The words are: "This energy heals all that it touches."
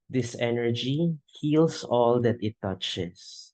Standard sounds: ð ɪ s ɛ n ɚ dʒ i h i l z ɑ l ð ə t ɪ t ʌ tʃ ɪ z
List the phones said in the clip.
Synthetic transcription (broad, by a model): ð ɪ s ɛ n ɚ dʒ i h i l s ɑ l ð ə t ɪ t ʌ tʃ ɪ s